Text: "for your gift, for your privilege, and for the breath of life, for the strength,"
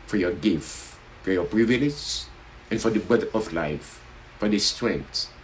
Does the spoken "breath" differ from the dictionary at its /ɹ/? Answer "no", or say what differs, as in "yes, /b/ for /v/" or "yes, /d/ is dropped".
yes, /ɹ/ is dropped